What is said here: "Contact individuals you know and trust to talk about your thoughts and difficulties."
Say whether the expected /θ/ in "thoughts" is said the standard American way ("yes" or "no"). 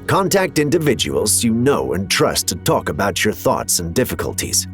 yes